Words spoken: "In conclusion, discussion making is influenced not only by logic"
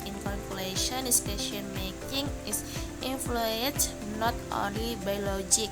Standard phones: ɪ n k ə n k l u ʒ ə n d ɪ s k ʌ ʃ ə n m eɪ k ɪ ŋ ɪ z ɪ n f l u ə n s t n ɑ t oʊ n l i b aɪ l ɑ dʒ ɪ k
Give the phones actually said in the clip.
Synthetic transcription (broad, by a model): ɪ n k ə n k l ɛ ʃ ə n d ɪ s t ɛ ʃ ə n m eɪ k ɪ ŋ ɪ s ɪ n f l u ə n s n ɑ t oʊ n l i b aɪ l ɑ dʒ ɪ k